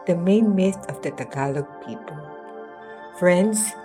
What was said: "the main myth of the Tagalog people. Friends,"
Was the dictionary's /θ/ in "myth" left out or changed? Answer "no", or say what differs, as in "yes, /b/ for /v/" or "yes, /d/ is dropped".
yes, /t/ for /θ/